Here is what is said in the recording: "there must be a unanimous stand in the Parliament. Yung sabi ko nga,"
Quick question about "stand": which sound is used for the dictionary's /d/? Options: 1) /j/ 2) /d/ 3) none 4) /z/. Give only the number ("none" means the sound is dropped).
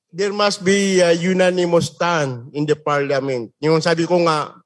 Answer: 3